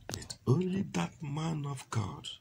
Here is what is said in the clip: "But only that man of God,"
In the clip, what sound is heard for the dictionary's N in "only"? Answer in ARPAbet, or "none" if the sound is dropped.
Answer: N